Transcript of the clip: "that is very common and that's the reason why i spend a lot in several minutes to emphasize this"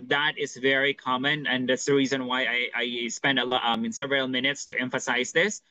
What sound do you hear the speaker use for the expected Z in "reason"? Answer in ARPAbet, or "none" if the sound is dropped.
Z